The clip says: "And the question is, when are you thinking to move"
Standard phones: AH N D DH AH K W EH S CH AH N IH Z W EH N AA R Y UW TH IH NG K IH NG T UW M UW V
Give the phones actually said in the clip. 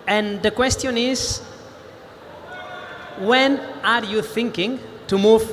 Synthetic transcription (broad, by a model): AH N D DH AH K W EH S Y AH N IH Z W EH N AA R Y UW TH IH NG K IH NG T UW M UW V